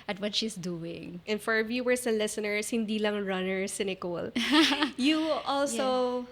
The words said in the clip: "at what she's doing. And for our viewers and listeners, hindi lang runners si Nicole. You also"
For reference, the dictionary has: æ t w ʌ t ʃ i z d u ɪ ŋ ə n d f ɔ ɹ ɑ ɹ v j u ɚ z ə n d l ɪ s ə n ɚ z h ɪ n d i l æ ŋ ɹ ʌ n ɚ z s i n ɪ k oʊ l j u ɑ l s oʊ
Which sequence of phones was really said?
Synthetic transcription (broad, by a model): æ t w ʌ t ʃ i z d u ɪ ŋ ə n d f ɔ ɹ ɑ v j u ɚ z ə l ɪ s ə n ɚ s h ɪ n d i l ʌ ŋ ɹ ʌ n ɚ s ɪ n ɪ k oʊ l j u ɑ l s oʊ